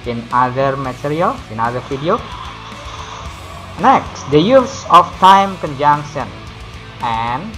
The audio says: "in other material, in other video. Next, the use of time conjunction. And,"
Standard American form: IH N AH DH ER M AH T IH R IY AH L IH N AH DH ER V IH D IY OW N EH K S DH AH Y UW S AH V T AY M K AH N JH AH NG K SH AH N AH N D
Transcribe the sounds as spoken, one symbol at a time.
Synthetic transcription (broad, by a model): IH N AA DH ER M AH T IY R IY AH L IH N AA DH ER F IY D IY OW N EH K S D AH Y UW S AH F T AY M K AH N JH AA NG K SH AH N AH N